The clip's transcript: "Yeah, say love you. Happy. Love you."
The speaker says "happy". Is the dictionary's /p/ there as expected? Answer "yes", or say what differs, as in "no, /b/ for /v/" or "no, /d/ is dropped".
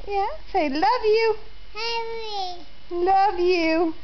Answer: no, /p/ is dropped